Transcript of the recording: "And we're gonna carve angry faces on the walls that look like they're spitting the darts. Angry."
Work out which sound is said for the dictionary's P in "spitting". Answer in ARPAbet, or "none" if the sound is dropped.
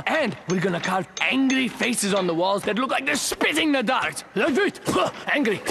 P